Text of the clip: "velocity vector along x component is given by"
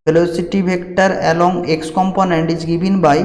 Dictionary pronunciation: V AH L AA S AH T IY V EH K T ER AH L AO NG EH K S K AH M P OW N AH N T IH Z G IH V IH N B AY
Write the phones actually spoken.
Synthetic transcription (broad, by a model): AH L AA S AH T IY B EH K T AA AH L AO NG EH K S K AH M P OW N AH N T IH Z G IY B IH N B AY